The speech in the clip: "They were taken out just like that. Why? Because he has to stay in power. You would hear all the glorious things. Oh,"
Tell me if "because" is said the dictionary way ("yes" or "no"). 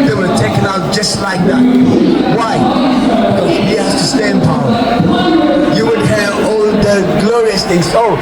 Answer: no